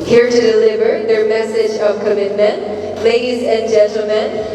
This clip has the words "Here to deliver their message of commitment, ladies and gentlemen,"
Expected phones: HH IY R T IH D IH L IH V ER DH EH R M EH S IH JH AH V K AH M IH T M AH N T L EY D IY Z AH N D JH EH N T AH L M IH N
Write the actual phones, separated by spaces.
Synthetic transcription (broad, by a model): HH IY R T IH D IH L IH V ER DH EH R M EH S IH JH AH V K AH M IH T M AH N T L EY D IY Z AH N JH EH N T L M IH N